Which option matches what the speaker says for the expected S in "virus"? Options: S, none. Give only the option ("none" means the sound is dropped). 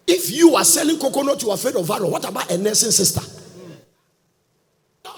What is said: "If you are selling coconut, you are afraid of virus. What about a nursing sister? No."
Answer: none